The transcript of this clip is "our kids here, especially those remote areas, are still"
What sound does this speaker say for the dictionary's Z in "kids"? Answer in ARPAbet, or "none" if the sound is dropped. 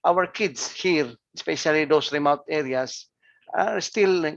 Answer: S